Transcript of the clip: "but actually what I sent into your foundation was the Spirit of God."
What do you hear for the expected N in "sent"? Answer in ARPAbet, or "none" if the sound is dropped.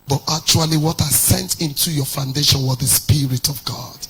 N